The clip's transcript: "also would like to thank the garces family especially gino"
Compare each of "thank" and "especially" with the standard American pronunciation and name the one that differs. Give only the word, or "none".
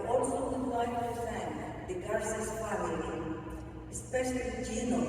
thank